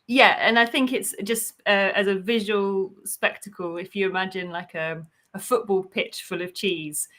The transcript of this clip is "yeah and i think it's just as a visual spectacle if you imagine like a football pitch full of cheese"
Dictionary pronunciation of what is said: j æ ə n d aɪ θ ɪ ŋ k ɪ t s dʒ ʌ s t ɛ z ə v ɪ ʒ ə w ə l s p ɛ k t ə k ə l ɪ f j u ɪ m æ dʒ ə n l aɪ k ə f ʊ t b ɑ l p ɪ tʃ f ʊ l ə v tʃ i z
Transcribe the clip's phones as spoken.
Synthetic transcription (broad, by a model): j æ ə n aɪ θ ɪ ŋ k ɪ t s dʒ ʌ s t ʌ z ə v ɪ ʒ ə w ə l s p ɛ k t ə k ə l ɪ f j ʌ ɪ m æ dʒ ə n l aɪ k ə f ʊ t b ɑ l p ɪ tʃ f ʊ l ə v tʃ i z